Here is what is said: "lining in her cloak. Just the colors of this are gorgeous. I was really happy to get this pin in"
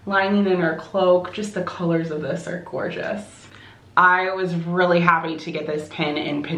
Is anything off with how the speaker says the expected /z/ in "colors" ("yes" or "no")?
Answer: no